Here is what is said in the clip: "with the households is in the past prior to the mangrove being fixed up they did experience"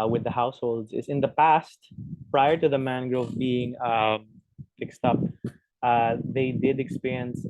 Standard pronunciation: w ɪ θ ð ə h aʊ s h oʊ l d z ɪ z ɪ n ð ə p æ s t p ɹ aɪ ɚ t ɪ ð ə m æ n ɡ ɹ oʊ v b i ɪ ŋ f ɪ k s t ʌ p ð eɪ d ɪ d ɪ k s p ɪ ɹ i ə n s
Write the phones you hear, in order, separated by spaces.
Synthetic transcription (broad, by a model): w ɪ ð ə h aʊ s h oʊ l d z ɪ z ɪ n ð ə p æ s t p ɹ aɪ ɚ t ɪ ð ə m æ n ɡ ɹ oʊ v b i ɪ ŋ f ɪ k s t ʌ p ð eɪ d ɪ d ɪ k s p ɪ ɹ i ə n s